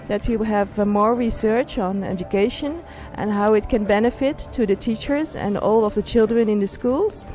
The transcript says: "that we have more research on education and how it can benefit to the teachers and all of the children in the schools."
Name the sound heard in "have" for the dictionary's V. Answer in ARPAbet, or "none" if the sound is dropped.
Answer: V